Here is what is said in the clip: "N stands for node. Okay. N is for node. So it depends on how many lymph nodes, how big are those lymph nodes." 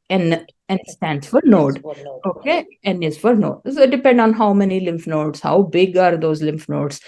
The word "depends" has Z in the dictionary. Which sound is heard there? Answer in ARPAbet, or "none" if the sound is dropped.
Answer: none